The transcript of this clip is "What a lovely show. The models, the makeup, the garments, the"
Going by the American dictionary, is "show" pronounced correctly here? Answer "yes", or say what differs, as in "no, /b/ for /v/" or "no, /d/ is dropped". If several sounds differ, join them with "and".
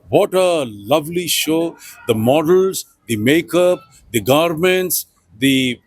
yes